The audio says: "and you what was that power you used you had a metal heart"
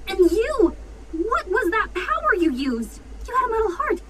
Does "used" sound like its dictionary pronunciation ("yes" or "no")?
yes